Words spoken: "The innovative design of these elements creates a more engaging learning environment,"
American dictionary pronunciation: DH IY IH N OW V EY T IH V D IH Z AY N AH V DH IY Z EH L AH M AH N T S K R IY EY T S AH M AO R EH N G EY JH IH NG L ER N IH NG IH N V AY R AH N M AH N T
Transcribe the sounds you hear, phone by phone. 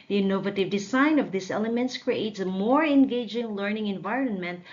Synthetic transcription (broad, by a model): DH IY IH N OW V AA T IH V D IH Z AY N AH V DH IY S EH L AH M AH N T S K R IY EY T S AH M AO R EH N G EY JH IH NG L ER N IH NG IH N V AY R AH N M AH N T